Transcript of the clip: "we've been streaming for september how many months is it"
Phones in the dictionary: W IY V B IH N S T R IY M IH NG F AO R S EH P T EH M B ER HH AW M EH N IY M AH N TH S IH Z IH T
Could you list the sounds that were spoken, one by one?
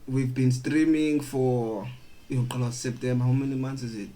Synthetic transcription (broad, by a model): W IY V B IH N S T R IY M IH NG F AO L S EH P T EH M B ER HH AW M EH N IY M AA N T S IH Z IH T